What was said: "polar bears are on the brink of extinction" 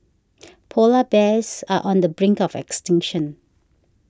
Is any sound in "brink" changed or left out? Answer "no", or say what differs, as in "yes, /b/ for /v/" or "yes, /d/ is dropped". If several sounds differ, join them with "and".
no